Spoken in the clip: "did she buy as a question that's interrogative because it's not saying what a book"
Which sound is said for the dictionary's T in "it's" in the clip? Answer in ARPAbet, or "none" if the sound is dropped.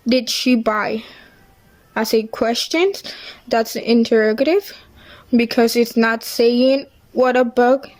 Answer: T